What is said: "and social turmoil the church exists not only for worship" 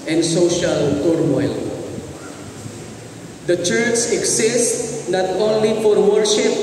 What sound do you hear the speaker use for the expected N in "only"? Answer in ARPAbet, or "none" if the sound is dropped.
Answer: N